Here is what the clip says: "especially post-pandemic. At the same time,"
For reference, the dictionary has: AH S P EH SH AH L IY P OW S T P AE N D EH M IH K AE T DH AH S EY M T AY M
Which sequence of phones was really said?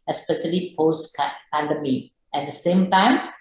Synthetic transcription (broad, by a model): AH S P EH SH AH L IY P OW S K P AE N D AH M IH EH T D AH S EY M T AY M